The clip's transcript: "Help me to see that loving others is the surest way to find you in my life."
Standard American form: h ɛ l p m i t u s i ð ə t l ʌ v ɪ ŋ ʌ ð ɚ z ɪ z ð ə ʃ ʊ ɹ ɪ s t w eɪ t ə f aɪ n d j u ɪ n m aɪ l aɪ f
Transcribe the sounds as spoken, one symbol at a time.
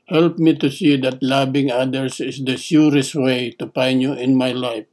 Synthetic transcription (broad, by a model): h ɛ l p m i t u s i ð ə t l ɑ b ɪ ŋ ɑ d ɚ s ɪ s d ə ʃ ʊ ɹ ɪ s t w eɪ t ə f aɪ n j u ɪ n m aɪ l aɪ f